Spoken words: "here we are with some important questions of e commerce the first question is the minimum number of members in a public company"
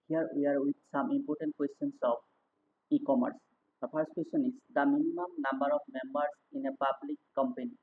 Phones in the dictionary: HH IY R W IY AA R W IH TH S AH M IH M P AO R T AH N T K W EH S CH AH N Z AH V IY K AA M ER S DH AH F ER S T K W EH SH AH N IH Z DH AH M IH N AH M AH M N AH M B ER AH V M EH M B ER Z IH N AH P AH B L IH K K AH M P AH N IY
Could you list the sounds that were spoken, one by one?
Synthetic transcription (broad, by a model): HH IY R W IY AA R W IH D S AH M IH M P AO R T AH N T K W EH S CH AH N S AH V IY K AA M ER S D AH P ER S T K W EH S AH N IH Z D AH M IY N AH M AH M N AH M B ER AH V M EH M B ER S IH N AH P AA B L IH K K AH M P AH N IY